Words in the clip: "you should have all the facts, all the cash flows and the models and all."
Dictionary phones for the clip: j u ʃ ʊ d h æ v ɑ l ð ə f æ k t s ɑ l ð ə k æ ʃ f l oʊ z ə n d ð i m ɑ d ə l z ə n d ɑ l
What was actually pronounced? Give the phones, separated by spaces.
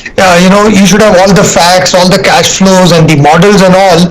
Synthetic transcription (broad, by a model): j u ʃ ʊ d h æ v ɑ l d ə f æ k t s ɑ l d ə k æ ʃ f l oʊ z ə n d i m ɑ d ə l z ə n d ɑ l